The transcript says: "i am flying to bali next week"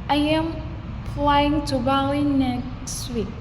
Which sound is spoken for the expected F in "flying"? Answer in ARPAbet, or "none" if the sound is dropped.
P